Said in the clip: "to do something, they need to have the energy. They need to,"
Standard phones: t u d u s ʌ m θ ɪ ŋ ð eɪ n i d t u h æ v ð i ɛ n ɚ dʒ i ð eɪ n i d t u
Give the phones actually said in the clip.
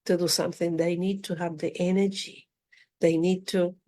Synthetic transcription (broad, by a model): t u d u s ʌ m θ ɪ ŋ ð eɪ n i d t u h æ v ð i ɛ n ɚ dʒ i ð eɪ n i d t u